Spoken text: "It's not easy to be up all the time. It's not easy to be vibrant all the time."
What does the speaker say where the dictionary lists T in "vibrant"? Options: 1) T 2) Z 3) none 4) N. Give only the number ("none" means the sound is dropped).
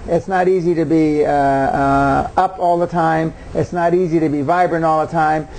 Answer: 3